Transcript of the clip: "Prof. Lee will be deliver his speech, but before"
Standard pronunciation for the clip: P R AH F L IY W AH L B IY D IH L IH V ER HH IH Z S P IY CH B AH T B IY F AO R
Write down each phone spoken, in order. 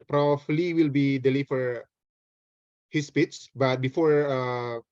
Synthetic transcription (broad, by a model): P R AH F L IY W AH L B IY D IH L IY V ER HH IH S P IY S B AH T B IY F AO R